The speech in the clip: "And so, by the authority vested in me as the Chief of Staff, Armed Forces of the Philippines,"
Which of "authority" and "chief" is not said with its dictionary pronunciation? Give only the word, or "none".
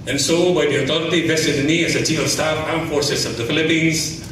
authority